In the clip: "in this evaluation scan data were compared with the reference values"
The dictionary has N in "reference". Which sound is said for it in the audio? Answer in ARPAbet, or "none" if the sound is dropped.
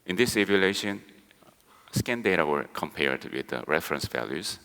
N